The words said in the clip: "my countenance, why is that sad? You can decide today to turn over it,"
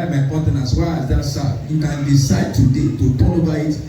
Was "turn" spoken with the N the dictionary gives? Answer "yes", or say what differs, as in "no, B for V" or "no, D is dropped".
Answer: no, L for N